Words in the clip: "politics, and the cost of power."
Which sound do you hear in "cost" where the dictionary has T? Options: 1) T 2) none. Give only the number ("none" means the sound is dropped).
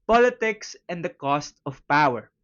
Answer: 1